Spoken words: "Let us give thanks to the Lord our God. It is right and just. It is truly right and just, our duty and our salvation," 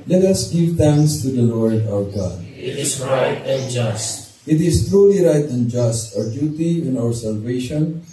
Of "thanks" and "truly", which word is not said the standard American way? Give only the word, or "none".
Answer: thanks